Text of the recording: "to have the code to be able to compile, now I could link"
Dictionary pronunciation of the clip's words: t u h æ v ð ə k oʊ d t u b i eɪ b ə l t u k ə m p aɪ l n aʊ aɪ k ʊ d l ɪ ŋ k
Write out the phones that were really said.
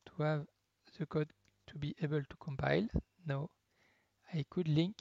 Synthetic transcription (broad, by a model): t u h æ v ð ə k oʊ d t u b i eɪ b ə l t u k ə m p aɪ l n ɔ aɪ k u d l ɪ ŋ k